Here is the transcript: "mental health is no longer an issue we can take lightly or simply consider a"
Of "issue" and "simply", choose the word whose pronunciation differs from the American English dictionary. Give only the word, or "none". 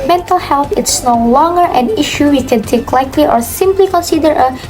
none